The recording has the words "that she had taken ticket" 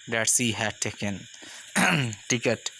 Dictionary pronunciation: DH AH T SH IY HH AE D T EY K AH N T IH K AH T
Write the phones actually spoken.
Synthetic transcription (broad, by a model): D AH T S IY HH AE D T EY K AH N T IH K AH T